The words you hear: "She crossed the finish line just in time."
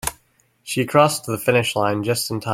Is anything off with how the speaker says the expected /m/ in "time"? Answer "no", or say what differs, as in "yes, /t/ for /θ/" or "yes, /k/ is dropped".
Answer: yes, /m/ is dropped